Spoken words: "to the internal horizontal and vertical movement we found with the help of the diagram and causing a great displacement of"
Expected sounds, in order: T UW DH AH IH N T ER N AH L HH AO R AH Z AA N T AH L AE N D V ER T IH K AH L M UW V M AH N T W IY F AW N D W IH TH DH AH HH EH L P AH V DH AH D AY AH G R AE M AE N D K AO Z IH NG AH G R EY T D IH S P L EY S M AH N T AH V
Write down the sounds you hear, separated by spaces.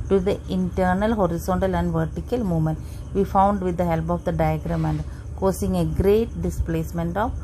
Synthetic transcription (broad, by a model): T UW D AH IH N T ER N AH L HH AO R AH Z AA N T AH L AE N D V ER T IH K AH L M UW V M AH N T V IY F AW N D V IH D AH HH EH L P AH V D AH D AY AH G R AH M AE N D K AO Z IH NG AH G R EY T D IH S P L EY S M AH N T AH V